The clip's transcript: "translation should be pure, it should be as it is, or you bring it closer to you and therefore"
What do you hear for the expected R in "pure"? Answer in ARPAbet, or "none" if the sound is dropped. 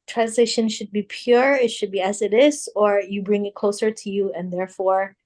R